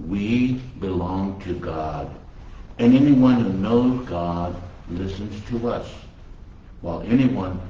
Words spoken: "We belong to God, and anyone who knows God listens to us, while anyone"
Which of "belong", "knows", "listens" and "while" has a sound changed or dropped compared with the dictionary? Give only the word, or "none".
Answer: none